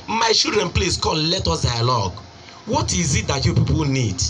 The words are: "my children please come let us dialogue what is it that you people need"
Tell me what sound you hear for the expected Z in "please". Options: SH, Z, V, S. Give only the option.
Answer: S